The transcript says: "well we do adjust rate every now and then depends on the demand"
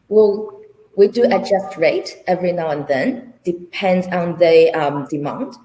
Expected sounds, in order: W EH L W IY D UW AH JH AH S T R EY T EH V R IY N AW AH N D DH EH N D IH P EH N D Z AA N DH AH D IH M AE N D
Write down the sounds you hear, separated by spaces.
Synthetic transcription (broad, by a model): W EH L W IY D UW AH JH AH S T R EY T EH V R IY N AW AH N DH EH N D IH P EH N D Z AA N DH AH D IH M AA N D